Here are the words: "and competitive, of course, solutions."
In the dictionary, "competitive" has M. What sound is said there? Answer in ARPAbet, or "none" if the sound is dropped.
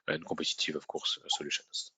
none